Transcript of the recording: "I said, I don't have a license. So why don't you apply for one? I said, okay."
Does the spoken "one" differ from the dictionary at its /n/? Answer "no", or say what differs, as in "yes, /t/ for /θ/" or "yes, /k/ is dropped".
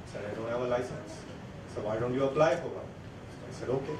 yes, /n/ is dropped